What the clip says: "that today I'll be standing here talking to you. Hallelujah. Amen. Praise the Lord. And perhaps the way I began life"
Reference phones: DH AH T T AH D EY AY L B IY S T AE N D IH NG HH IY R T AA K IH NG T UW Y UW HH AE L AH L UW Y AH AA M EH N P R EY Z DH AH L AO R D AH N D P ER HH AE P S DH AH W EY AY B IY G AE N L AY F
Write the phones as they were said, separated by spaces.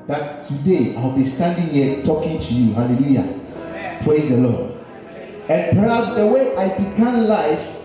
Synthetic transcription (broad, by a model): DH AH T T AH D EY AY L B IY S T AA N D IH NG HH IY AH T AA K IH NG T UW Y UW HH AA L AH L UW Y AA P R EY Z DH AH L AO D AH N P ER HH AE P S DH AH W EY AY B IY G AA N L AY F